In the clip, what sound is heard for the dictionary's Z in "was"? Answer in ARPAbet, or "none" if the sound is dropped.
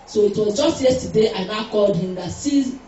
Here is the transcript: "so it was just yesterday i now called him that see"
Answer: Z